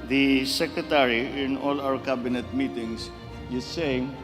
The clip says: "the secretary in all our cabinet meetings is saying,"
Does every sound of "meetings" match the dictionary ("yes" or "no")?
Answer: no